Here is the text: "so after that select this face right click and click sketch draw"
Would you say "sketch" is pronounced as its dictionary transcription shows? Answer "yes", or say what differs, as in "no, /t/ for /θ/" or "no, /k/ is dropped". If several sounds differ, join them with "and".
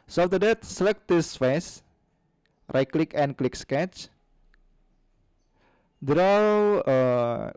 yes